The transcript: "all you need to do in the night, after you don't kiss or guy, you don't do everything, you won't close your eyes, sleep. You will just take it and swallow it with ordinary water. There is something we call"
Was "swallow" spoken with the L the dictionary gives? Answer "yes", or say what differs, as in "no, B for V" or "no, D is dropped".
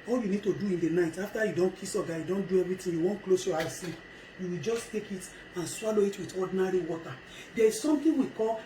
yes